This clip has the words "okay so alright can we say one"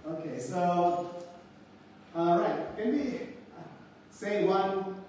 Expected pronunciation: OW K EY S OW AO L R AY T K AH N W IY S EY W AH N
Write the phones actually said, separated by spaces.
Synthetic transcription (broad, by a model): OW K EY S OW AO R AY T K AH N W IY S EY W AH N